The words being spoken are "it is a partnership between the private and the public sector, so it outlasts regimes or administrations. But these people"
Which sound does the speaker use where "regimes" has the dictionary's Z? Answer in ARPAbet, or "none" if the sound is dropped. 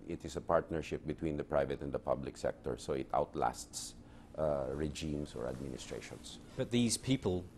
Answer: S